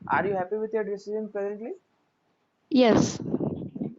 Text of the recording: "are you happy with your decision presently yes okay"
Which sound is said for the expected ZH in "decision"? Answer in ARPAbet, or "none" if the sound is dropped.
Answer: Z